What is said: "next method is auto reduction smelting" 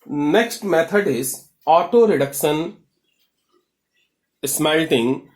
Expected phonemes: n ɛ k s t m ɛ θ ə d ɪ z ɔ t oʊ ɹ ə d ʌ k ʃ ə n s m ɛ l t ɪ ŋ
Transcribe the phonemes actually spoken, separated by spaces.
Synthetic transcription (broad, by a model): n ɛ k s t m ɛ t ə d ɪ z ɔ t oʊ ɹ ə d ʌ k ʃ ə n s m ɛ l t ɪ ŋ